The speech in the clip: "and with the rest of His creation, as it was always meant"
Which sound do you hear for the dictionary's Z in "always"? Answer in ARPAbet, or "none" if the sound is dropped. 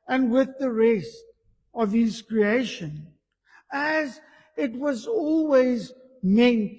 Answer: Z